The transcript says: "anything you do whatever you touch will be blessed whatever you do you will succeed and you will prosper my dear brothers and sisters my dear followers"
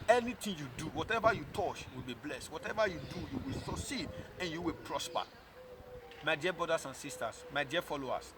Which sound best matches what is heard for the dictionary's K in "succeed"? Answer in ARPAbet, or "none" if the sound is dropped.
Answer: none